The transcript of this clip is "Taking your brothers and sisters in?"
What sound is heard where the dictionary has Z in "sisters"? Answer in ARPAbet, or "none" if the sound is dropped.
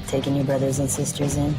Z